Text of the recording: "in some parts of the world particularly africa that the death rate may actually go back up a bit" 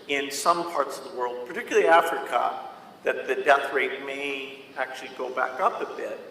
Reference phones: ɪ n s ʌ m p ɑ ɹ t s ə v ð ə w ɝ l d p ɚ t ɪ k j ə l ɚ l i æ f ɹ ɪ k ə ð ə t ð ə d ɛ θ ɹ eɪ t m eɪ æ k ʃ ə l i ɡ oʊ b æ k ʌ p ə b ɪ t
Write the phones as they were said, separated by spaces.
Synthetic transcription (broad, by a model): ɪ n s ʌ m p ɑ ɹ t s ə v ð ə w ɝ l d p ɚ t ɪ k j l l i æ f ɹ ɪ k ə ð ə t ð ə d ɛ θ ɹ eɪ t m eɪ æ k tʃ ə l i ɡ oʊ b æ k ʌ p ə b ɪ t